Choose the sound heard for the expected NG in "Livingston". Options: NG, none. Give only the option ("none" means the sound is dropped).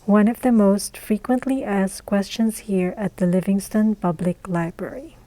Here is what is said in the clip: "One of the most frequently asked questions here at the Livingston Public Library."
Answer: NG